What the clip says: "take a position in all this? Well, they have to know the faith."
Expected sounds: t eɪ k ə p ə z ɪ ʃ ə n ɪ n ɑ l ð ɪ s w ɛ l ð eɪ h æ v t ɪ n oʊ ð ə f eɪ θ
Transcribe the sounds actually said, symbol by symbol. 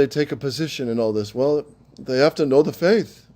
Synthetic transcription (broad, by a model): t eɪ k ə p ə z ɪ ʃ ə n ɪ n ɑ l ð ɪ s w ɛ l ð eɪ h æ f t ɪ n oʊ ð ə f eɪ θ